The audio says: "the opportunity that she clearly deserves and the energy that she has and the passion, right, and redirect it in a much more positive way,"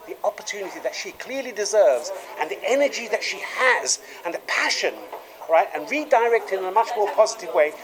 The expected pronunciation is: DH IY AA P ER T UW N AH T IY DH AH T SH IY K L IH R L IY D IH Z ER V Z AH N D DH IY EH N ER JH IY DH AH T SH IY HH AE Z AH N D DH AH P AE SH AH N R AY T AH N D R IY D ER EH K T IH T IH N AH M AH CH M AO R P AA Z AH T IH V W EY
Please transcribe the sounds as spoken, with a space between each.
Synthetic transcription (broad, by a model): DH IY AA P ER T UW N AH T IY DH AH T SH IY K L IH R L IY D IH Z ER V Z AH N DH IY EH N ER JH IY DH AH T SH IY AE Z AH N DH AH P AE SH AH N R AY T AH N R IY D ER EH K T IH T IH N AH M AH CH M AO R P AA Z AH T IH V W EY